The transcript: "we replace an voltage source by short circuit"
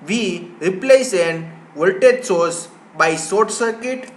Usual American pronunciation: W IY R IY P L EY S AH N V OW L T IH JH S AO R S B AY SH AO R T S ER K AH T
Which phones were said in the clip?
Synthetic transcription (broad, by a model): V IY R IY P L EY S AH N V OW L T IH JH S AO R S B AY S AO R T S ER K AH T